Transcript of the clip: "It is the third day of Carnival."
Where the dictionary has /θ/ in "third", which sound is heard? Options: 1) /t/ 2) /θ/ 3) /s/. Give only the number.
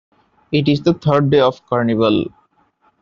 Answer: 1